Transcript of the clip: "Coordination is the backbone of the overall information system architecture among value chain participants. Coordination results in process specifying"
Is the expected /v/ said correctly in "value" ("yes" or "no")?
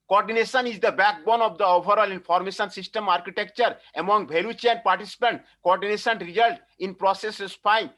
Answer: no